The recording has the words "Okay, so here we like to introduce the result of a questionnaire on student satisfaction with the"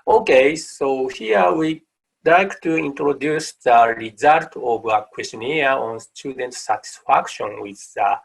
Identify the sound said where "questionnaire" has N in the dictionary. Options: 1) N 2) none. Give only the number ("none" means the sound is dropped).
2